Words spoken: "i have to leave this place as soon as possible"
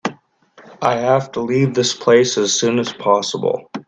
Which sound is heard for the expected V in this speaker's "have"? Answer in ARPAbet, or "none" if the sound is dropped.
F